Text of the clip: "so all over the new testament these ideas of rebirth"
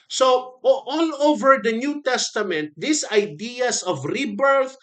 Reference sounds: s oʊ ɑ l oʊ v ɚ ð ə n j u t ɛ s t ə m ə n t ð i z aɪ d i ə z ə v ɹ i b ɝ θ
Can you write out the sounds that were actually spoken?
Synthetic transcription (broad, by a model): s oʊ ɑ l oʊ v ɚ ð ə n j u t ɛ s t ə m ə n t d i s aɪ d i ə s ə v ɹ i b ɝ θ